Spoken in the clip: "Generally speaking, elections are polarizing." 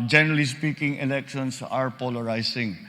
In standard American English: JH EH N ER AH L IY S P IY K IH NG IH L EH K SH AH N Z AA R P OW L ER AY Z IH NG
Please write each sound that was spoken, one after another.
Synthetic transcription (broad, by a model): JH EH N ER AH L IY S P IY K IH NG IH L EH K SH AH N S AA R P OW L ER AY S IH NG